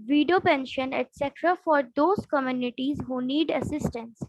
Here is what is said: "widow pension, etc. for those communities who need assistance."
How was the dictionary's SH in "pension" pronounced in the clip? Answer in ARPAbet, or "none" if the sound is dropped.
SH